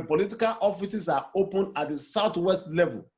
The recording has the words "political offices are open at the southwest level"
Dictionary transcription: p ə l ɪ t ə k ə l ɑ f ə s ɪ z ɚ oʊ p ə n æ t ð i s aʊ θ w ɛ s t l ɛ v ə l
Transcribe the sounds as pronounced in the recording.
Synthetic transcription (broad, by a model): p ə l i t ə k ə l ɑ f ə s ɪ s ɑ oʊ p ə n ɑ t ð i s aʊ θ w ɛ s t l ɛ v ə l